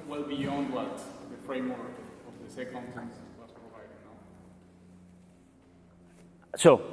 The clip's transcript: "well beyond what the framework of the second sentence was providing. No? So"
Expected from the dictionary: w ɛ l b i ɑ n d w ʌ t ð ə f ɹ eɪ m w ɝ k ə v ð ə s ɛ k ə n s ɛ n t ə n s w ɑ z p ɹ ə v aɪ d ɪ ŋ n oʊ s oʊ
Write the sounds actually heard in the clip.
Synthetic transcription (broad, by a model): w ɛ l b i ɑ n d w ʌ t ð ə f ɹ eɪ m w ɝ k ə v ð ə s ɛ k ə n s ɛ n s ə s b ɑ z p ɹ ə v aɪ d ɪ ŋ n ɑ s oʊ